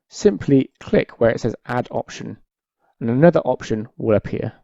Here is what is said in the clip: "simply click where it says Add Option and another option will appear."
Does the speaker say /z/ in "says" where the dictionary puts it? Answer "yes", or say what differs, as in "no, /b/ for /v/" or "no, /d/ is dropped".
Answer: yes